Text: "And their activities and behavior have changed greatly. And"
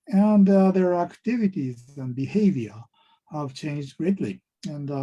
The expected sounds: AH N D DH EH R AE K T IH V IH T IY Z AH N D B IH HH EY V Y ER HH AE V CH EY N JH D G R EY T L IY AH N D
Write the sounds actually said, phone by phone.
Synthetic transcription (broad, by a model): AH N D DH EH R AE K T IH V IH T IY Z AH N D B IH HH EY V Y ER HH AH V CH EY N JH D G R EY T L IY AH N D